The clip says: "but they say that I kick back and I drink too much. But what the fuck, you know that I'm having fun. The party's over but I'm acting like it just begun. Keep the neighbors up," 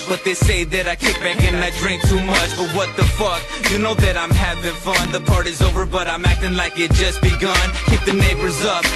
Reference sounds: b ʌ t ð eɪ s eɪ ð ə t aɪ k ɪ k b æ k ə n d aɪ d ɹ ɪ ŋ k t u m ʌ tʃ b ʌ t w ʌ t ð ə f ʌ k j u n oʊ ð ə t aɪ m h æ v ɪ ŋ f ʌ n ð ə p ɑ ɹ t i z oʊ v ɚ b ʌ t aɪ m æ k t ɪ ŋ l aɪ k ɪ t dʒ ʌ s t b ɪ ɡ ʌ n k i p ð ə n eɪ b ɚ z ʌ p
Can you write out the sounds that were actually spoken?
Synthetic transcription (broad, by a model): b ʌ t ð eɪ s eɪ ð ə t aɪ k ɪ k b æ k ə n aɪ d ɹ ɪ ŋ k t u m ʌ tʃ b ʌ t w ʌ t ð ə f ʌ k j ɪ n oʊ ð ə t aɪ m h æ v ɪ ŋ f ʌ n ð ə p ɑ ɹ t i z oʊ v ɚ b ʌ t aɪ m æ k t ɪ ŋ l aɪ k ɪ t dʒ ʌ s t b ɪ ɡ ʌ n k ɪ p ð ə n eɪ b ɚ z ʌ p